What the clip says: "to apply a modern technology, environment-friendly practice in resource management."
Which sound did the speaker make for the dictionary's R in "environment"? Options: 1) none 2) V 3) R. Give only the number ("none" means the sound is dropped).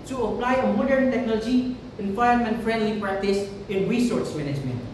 1